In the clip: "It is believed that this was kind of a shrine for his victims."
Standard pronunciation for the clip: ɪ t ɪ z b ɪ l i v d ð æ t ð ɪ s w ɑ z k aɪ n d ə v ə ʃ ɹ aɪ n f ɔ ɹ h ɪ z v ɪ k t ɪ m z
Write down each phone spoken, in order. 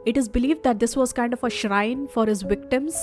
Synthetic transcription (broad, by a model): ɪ t ɪ z b ɪ l i v d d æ t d ɪ s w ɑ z k aɪ n d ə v ə ʃ ɹ aɪ n f ɔ ɹ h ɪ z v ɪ k t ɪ m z